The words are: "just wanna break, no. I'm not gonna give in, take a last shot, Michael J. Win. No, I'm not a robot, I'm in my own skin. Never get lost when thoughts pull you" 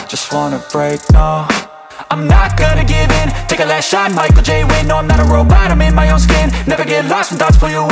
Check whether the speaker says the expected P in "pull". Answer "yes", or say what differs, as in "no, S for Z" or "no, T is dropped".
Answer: no, F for P